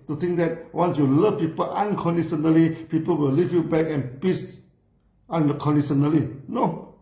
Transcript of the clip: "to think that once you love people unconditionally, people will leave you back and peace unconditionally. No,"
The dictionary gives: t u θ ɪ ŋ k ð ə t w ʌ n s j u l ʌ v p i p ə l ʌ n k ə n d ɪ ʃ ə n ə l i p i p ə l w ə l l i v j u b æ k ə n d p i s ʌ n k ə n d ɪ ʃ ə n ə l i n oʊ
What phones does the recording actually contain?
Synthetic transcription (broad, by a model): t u t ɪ ŋ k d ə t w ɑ n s j u l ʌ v p i p ə l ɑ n k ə n d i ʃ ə n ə l i p i p ə l w ə l l i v j u b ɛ k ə n p i s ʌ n k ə n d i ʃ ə n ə l i n oʊ